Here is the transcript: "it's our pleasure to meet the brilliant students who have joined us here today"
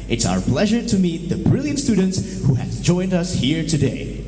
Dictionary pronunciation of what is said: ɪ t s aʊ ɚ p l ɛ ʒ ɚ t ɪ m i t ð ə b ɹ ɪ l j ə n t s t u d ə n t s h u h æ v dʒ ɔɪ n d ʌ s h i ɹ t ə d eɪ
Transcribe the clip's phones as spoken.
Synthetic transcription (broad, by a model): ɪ t s aʊ ɚ p l ɛ ʒ ɚ t ɪ m i t ð ə b ɹ ɪ l j ə n t s t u d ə n t s h u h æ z dʒ ɔɪ n d ʌ s h i ɹ t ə d eɪ